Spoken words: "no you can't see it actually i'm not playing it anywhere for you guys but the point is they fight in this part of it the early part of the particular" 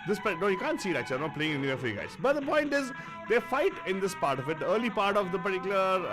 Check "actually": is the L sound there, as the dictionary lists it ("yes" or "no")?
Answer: no